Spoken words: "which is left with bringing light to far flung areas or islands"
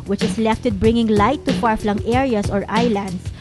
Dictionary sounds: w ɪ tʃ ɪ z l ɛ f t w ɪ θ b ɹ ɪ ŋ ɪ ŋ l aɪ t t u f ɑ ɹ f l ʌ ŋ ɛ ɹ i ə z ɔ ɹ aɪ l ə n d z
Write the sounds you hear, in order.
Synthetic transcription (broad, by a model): w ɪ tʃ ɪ s l ɛ f t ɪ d b ɹ ɪ ŋ ɪ ŋ l aɪ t t u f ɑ ɹ f l ʌ ŋ ɛ ɹ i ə s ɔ ɹ aɪ l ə n d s